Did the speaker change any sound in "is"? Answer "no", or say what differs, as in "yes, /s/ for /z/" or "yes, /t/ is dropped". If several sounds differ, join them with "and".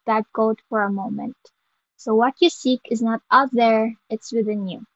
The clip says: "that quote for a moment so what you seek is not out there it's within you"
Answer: no